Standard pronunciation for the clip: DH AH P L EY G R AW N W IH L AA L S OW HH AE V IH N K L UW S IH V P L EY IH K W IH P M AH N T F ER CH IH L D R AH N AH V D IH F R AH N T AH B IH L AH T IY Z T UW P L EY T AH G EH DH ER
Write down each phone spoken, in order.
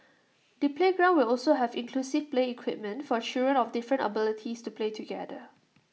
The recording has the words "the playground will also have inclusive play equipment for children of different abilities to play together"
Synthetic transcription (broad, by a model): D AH P L EY G R AW N W IH L AA L S OW HH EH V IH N K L UW S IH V P L EY IH K W IH P M AH N T F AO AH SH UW R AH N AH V D IH F R AH N T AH B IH L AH T IY S T UW P L EY T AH G EH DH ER